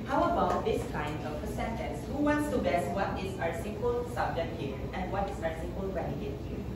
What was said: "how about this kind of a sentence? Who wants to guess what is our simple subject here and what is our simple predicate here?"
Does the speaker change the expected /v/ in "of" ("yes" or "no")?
yes